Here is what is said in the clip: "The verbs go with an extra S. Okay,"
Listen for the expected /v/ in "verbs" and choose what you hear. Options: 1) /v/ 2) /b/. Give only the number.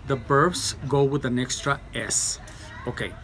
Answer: 2